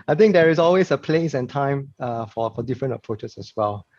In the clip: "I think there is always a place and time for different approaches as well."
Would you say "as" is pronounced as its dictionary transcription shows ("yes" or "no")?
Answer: no